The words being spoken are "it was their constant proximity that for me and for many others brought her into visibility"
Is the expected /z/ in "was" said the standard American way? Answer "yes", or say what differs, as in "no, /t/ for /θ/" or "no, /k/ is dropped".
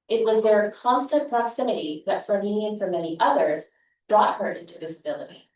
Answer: yes